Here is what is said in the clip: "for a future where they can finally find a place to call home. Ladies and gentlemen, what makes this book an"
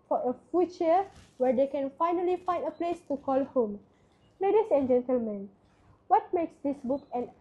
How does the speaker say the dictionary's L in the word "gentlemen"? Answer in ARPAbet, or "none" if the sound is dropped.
L